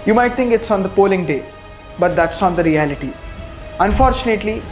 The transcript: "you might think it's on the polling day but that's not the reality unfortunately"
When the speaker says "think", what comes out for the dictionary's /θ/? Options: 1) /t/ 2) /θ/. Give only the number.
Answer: 1